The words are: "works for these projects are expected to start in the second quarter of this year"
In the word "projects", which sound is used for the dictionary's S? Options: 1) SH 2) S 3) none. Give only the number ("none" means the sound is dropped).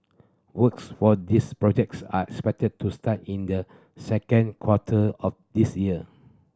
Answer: 2